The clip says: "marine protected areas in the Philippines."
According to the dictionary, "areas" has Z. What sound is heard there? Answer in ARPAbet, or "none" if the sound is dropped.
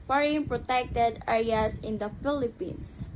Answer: S